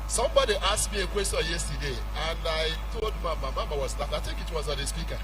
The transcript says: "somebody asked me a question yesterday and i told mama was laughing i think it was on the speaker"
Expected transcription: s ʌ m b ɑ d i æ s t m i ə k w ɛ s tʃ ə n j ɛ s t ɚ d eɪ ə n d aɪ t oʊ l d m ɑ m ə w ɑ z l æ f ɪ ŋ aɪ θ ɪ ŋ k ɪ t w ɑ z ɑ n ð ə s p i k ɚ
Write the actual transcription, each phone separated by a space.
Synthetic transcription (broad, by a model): s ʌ m b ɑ d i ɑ s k m i ə k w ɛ s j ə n j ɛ s t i d eɪ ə n aɪ t oʊ l d m ɑ m ə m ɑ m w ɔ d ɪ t aɪ t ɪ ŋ k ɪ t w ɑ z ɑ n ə s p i k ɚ